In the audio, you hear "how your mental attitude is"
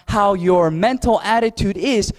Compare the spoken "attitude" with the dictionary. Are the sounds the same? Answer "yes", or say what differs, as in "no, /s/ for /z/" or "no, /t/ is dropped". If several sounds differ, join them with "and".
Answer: yes